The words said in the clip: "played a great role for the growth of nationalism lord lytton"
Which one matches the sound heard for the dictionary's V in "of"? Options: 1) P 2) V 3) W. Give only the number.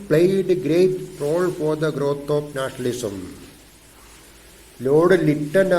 1